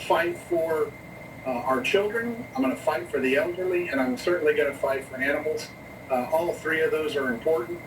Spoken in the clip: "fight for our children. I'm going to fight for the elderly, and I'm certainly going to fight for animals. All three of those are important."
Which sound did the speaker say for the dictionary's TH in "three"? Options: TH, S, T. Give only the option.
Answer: TH